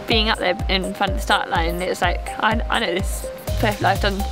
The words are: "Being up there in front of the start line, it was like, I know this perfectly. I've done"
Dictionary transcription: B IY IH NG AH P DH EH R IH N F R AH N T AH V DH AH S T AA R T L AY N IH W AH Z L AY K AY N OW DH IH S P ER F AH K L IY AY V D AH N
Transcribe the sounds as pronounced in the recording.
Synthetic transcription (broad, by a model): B IY IH NG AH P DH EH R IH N F R AH N T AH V DH AH S T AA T L AY N IH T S L AY K AY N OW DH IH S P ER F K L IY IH F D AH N